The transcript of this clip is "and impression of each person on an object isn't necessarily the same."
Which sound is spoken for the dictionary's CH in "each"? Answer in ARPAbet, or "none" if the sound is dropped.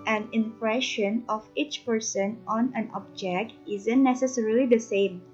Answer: CH